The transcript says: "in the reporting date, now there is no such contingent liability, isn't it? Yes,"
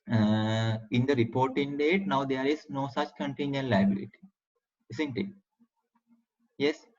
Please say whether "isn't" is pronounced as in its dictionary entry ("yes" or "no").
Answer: no